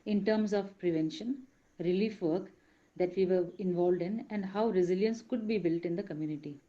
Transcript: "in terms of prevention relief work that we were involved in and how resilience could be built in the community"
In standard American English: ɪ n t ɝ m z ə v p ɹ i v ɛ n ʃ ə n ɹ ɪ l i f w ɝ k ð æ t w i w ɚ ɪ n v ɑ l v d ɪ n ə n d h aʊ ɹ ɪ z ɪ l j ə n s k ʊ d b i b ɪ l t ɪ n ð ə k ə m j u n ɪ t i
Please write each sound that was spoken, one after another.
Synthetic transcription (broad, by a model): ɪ n t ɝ m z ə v p ɹ i v ɛ n ʃ ə n ɹ ɪ l i f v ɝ k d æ t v i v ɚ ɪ n v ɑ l d ɪ n ə n d h aʊ ɹ ɪ z ɪ l j ə n s k ʊ d b i b ɪ l t ɪ n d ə k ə m j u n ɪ t i